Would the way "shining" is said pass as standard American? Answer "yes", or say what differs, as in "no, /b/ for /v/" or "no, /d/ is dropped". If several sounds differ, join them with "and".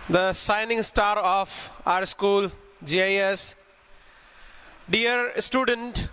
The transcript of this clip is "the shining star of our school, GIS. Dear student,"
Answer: no, /s/ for /ʃ/